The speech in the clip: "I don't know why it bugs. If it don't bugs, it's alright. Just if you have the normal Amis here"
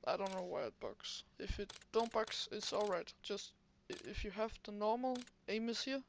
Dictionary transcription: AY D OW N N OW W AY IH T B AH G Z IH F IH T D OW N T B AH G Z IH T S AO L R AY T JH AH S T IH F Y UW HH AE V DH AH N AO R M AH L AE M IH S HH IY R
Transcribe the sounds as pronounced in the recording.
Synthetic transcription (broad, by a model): AY D OW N N OW W AY IH T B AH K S IH F IH T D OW N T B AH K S IH T S AO L R AY T JH AH S T IH F Y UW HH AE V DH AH N AO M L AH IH M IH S HH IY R